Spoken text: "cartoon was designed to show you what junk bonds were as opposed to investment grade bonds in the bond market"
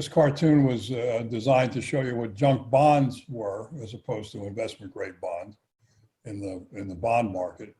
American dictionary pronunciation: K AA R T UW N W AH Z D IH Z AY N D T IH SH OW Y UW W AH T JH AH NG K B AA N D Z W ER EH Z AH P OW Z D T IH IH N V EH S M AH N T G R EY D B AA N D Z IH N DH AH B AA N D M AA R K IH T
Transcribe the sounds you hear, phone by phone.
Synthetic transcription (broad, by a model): K AA R T UW N W AH Z D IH Z AY N T IH SH OW Y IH W AH T JH AH NG K B AA N D Z W ER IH Z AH P OW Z T IH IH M V EH S M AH N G R EY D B AA N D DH IH N DH AH B AA N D M AA R K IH T